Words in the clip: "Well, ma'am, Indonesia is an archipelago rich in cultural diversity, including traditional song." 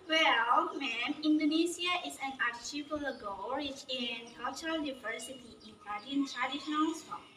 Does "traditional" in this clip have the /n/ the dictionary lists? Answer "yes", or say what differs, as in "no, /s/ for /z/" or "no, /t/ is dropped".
no, /n/ is dropped